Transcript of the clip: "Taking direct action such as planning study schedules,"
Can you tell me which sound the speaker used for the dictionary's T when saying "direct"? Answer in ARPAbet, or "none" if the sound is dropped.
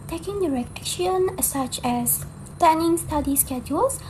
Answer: none